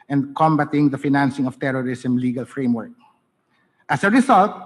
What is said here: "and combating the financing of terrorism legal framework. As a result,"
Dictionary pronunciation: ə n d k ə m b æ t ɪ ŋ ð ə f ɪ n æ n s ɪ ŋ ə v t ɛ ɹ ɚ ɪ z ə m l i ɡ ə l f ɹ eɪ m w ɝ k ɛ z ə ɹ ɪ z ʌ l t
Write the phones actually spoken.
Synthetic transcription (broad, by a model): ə n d k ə m b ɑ t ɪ ŋ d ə f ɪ n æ n s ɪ ŋ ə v t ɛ ɹ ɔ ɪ s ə m l i ɡ ə l f ɹ eɪ m w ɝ k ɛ s ə ɹ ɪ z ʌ l t